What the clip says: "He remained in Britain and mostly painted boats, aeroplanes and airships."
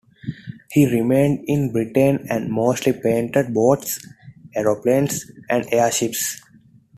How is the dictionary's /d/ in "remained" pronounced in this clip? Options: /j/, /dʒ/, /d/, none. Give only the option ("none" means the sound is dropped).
/d/